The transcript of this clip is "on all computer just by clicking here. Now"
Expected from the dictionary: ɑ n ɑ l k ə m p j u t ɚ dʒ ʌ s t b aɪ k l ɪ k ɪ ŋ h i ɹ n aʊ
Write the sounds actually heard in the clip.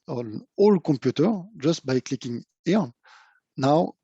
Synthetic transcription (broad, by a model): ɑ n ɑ l k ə p j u t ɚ dʒ ʌ s t b aɪ k l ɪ k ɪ ŋ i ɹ n aʊ